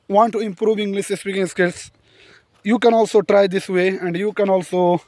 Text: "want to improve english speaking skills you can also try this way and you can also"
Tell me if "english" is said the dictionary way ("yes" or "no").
no